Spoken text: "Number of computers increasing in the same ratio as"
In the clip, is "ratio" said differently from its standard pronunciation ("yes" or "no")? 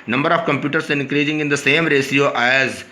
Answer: yes